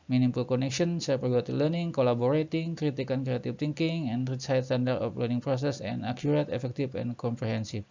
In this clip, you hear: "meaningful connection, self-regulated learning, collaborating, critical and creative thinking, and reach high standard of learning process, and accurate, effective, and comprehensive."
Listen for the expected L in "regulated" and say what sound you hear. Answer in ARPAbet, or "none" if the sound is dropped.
none